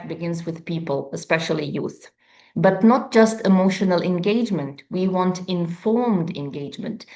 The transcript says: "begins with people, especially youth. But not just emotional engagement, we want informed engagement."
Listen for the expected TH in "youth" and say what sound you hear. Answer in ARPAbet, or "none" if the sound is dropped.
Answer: TH